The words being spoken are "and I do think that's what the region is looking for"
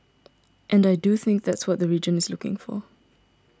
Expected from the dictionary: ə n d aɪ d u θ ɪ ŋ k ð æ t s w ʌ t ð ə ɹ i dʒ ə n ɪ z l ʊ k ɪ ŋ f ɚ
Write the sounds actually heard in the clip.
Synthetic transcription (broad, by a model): ə n d aɪ d u θ ɪ ŋ k ð æ t s w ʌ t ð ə ɹ i dʒ ə n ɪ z l ʊ k ɪ ŋ f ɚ